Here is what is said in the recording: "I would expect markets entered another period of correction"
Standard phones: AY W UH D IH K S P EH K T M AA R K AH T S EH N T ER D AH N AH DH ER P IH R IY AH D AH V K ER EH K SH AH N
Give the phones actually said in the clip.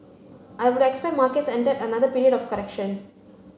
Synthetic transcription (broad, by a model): AY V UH D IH K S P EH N M AA R K AH T S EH N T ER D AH N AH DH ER P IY R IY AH D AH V K ER EH K SH AH N